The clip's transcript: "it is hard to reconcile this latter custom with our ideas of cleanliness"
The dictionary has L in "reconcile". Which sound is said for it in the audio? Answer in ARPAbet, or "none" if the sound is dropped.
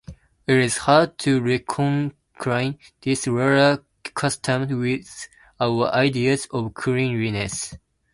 N